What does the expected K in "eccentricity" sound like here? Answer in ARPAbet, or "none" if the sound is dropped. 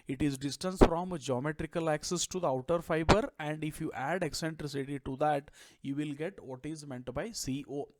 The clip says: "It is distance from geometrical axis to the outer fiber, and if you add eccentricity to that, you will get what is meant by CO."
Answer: K